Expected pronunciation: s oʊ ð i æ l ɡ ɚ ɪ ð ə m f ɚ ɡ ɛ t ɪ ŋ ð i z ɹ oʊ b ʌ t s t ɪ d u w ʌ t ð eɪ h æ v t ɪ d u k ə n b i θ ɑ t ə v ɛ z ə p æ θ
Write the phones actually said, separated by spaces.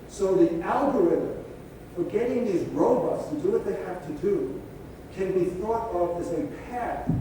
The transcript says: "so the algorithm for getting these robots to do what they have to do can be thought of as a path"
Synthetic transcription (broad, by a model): s oʊ ð i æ l ɡ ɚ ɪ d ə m f ɚ ɡ ɛ t ɪ ŋ ð i z ɹ oʊ b ʌ t s t ɪ d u w ʌ t ð eɪ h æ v t ɪ d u k ə n b i θ ɑ t ə v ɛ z ə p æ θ